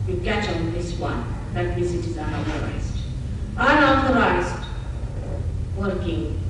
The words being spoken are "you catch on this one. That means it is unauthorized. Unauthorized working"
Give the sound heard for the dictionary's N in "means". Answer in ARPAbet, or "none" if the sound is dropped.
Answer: none